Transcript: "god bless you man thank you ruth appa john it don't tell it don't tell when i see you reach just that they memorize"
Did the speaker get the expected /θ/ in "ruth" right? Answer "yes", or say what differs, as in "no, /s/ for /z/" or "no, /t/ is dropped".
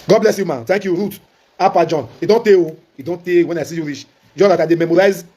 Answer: no, /t/ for /θ/